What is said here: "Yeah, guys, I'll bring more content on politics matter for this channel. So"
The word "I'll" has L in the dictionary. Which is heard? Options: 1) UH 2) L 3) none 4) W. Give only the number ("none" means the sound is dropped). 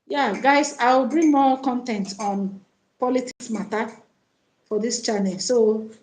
4